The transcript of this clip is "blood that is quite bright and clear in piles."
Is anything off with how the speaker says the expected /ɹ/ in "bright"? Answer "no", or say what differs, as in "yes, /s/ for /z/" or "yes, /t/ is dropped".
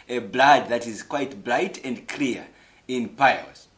yes, /l/ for /ɹ/